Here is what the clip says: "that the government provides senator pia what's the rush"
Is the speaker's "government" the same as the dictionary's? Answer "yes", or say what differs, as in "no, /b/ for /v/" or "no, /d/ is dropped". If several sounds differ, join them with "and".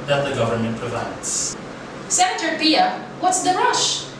yes